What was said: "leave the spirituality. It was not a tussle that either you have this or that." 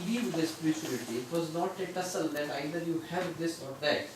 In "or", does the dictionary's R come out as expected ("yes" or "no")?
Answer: yes